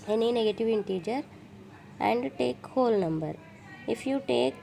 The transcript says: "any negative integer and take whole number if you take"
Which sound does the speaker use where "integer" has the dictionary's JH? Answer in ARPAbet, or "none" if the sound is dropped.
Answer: JH